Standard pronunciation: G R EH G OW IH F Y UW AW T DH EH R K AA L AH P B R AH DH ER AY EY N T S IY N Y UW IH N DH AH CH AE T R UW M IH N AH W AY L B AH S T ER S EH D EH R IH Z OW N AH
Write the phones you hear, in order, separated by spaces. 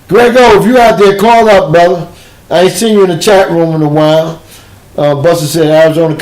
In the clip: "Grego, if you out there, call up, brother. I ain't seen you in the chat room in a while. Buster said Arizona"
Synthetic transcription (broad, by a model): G R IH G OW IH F Y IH AW T DH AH R K AA L AH P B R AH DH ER AY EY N S IY N Y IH IH N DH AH CH AE T R UW M IH N AH W AY L B AH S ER S EH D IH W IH Z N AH